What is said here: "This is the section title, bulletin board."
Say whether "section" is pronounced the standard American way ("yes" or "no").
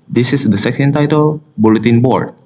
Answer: no